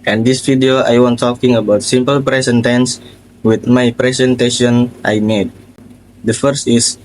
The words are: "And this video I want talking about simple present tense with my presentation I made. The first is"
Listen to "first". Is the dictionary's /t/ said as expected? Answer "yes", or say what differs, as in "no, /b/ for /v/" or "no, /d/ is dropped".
yes